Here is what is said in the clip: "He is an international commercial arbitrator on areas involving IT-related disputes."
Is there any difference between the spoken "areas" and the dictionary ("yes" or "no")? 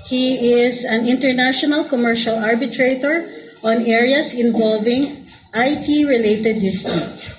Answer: yes